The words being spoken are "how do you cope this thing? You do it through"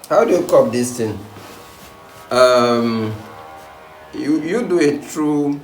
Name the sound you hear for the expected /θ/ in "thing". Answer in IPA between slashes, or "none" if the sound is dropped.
/t/